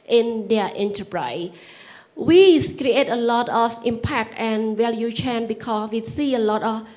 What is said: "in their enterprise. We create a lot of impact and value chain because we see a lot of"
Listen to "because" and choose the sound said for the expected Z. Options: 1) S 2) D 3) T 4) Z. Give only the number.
1